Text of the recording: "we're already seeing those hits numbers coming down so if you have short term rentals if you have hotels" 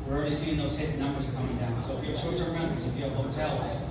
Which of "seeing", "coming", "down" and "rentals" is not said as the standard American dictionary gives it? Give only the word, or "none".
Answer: rentals